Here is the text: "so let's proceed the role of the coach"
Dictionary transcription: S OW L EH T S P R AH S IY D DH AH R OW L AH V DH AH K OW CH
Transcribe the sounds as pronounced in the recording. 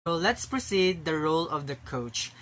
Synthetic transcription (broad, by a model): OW L EH T S P R AH S IY D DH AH R OW L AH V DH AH K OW CH